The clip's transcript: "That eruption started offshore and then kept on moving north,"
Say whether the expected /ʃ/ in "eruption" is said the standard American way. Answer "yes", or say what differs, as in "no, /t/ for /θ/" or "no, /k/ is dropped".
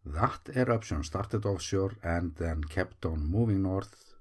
no, /s/ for /ʃ/